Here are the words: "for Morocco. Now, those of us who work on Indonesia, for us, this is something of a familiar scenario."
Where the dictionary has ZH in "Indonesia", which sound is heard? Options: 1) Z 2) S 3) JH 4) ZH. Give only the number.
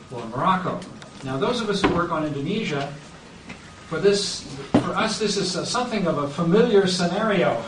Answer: 4